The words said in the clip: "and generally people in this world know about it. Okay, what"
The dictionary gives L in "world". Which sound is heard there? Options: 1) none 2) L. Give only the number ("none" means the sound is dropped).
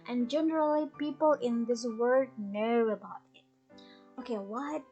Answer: 1